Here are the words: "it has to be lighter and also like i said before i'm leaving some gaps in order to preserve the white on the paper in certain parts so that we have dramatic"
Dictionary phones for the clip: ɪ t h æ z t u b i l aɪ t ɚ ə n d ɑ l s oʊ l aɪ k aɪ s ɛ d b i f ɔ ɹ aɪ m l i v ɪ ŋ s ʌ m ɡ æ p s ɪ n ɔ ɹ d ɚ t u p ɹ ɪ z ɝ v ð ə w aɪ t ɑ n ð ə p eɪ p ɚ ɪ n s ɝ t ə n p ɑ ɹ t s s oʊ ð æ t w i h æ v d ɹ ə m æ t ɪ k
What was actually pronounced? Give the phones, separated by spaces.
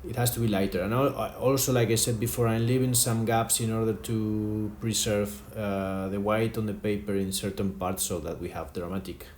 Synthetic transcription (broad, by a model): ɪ t h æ s t u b i l aɪ t ɚ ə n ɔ ɑ l s oʊ l aɪ k aɪ s ɛ d b i f ɔ ɹ aɪ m l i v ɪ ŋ s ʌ m ɡ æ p s ɪ n ɔ ɹ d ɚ t u p ɹ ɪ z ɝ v ð ə w aɪ t ɑ n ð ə p eɪ p ɚ ɪ n s ɝ t ə n p ɑ ɹ t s s oʊ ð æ t w i h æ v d ɹ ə m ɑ t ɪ k